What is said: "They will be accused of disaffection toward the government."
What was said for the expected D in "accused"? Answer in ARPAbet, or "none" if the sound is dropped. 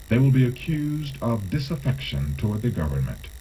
D